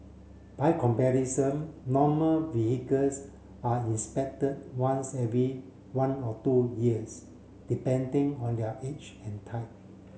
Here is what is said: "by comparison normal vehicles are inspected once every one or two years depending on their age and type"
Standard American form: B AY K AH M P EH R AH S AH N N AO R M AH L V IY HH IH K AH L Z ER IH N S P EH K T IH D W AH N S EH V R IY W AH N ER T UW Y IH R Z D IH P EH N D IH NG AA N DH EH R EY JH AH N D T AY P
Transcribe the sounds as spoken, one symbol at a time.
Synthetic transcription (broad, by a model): B AY K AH M P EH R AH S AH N N AO M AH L V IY HH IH K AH L S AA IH N S P EH K T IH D W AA N S EH V R IY W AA N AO T UW Y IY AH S D IH P EH N D IH NG AA N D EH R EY CH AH N T AY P